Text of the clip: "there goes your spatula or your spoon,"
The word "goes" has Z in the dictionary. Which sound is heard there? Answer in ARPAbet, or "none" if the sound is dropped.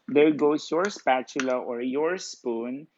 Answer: S